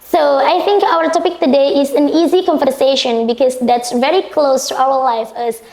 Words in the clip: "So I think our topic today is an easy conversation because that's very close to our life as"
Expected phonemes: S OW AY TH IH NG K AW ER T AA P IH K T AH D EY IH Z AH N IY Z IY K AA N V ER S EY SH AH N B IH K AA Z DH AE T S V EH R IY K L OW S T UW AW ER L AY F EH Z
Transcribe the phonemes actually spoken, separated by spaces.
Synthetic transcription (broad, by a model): S OW AY TH IH NG K AW ER T AA P IH K T AH D EY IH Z AH N IY Z IY K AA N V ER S EY SH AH N B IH K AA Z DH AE T S V EH R IY K L OW S T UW AW ER L AY F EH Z